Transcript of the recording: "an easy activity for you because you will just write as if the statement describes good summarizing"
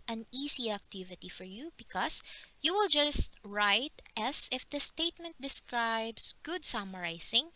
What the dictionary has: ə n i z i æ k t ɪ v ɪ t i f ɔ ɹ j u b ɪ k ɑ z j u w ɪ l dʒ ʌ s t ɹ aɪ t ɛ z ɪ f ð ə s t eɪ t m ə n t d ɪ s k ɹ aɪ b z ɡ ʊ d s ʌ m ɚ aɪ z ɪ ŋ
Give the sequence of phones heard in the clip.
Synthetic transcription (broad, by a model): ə n i s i æ k t ɪ v ɪ t i f ɔ ɹ j u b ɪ k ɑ s j u w ɪ l dʒ ʌ s t ɹ aɪ t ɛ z ɪ f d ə s t eɪ t m ə n t d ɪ s k ɹ aɪ b s ɡ ʊ d s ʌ m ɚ aɪ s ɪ ŋ